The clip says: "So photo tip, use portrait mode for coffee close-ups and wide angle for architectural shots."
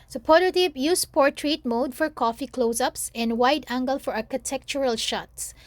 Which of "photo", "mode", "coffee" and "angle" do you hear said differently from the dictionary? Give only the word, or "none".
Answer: photo